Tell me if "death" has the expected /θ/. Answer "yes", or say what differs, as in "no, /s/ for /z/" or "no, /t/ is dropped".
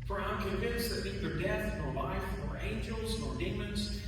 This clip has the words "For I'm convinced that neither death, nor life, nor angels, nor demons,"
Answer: yes